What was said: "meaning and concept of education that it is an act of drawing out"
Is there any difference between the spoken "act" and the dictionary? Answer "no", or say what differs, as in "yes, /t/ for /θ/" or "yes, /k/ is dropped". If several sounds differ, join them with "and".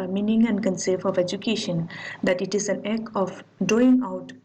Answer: yes, /t/ is dropped